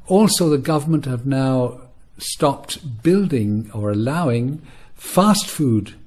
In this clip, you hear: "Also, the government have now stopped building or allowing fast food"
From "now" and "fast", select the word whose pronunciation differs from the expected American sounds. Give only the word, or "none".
none